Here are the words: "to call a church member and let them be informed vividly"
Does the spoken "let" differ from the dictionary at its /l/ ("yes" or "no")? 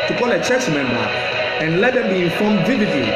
no